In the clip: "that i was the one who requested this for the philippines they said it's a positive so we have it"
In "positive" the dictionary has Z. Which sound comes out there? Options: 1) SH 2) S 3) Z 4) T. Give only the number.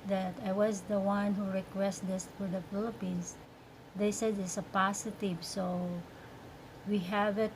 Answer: 2